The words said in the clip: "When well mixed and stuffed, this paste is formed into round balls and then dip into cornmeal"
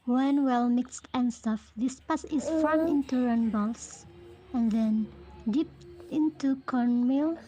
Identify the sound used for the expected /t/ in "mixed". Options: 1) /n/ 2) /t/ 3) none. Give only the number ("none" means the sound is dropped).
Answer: 2